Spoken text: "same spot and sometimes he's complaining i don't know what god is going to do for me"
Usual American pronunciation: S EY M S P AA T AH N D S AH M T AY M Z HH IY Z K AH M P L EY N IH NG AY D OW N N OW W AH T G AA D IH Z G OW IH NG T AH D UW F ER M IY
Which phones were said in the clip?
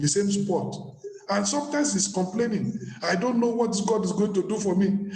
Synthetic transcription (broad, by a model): S EY M S P AA T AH N S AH M T AY M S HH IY S K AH M P L EY N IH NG AY D OW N N OW W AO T G AA D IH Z G OW IH NG T AH D UW F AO M IY